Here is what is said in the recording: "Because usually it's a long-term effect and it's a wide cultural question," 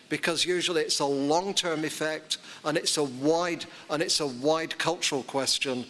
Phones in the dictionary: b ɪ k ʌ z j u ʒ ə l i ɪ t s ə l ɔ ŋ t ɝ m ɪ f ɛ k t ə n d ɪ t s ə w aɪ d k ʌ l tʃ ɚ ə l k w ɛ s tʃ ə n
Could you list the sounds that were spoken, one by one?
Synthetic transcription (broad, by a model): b ɪ k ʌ z j u ʒ ə l i ɪ t s ə l ɔ ŋ t ɝ m ɪ f ɛ k t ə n d ɪ t s ə w aɪ d k ʌ l tʃ ɚ ə l k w ɛ s tʃ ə n